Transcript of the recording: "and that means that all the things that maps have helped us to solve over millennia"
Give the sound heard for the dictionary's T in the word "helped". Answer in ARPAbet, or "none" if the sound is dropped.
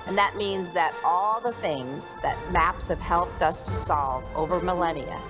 T